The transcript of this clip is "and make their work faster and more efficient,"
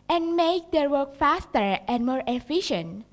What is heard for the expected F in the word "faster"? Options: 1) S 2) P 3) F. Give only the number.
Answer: 3